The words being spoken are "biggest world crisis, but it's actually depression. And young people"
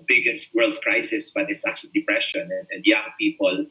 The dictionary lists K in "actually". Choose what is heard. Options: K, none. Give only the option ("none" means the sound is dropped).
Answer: none